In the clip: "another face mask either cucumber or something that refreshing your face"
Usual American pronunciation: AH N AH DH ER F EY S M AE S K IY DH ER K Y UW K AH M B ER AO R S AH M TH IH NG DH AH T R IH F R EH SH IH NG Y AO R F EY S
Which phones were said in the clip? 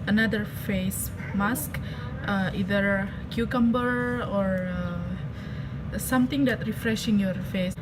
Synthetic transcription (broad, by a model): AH N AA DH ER F EY S M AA S K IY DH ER K Y UW K AH M B ER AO R S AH M T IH NG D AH T R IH F R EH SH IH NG Y AO R F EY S